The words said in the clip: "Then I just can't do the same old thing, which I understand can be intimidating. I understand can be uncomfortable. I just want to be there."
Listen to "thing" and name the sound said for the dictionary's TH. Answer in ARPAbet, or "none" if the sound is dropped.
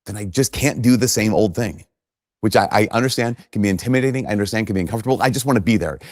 TH